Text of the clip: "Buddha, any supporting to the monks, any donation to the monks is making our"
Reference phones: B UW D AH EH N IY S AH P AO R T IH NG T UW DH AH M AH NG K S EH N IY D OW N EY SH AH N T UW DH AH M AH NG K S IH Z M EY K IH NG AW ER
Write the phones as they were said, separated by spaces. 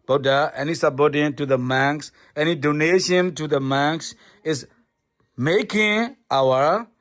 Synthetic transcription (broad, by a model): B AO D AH EH N IY S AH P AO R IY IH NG T UW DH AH M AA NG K S EH N IY D OW N EY SH AH N T UW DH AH M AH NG K S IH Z M EY K IH NG AW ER